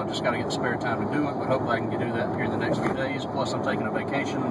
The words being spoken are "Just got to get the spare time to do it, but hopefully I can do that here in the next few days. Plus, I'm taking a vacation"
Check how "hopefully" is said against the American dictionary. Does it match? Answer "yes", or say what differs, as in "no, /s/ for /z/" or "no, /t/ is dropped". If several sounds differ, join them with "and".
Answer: no, /f/ is dropped and /l/ is dropped